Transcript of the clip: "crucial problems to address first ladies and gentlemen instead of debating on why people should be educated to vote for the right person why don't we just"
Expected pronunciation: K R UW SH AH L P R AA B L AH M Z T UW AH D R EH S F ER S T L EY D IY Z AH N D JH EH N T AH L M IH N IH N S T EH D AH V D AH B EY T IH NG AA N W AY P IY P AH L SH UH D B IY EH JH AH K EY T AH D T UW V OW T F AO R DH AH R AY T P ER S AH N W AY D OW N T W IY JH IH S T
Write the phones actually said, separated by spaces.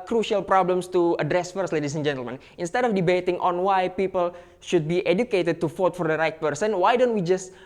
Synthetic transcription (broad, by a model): K R UW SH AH L P R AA B L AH M S T UW AH D R EH S F ER S T L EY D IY S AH N JH EH N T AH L M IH N IH N S T EH D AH F D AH B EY T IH NG AA N W AY P IY P AH L SH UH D B IY EH JH AH K EY T AH D T UW F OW T F AO R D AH R AY T P ER S AH N W AY D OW N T W IY JH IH S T